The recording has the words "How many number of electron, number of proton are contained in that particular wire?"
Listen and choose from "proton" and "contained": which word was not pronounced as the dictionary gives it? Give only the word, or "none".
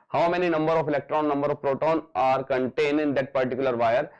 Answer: none